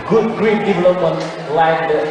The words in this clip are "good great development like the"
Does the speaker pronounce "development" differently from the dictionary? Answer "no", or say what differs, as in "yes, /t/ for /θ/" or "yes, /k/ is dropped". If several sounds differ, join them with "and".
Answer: yes, /m/ is dropped